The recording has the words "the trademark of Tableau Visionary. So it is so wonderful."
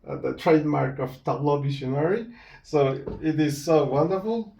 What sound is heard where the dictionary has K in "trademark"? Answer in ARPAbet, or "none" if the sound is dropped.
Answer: K